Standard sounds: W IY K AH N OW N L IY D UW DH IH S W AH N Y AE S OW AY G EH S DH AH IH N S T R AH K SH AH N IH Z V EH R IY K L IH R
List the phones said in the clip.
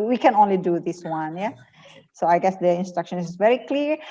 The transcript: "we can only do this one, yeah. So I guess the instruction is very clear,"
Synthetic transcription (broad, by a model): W IY K AH N OW N L IY D UW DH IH S W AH N Y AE S OW AY G EH S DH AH IH N S T R AH K SH AH N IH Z V EH R IY K L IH R